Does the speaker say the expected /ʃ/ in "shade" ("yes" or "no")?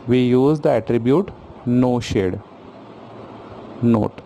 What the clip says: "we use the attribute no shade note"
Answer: yes